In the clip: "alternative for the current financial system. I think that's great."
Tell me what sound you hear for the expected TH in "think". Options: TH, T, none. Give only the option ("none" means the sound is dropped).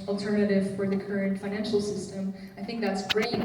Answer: TH